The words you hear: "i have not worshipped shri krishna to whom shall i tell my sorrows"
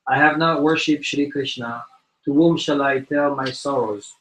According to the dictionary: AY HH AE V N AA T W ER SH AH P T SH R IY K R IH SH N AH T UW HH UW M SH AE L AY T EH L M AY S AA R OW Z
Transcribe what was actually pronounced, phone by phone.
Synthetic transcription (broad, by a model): AY HH AE V N AA T W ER SH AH P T SH R IY K R IH SH N AH T UW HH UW M SH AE L AY T EH L M AY S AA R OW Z